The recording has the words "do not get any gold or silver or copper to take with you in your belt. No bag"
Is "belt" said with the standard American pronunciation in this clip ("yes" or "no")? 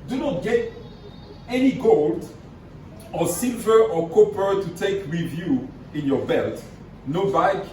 yes